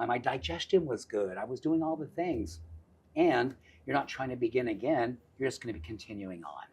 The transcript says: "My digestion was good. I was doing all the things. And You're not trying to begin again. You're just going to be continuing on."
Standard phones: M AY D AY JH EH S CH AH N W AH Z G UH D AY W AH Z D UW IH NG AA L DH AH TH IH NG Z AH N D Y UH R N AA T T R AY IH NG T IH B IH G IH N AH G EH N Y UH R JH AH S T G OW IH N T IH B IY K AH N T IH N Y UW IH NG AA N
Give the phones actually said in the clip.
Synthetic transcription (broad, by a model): M AY D AY JH EH S CH AH N W AH Z G UH D AY W AH Z D UW IH NG AA L DH AH TH IH NG Z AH N Y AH R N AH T T R AY IH NG T IH B IH G IH N AH G EH N Y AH R JH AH S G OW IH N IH B IY K AH N T IH N Y UW IH NG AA N